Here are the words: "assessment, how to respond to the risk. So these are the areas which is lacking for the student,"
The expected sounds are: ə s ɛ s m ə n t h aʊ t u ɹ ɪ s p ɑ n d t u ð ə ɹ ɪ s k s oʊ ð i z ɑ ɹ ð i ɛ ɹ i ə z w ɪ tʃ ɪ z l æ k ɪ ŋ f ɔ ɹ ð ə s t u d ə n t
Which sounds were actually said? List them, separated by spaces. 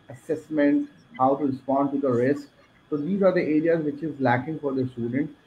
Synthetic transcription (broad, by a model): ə s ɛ s m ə n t h aʊ t u ɹ ɪ s p ɑ n d t u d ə ɹ ɪ s k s oʊ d i z ɑ ɹ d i ɛ ɹ i ə z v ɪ tʃ ɪ z l æ k ɪ ŋ f ɔ ɹ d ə s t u d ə n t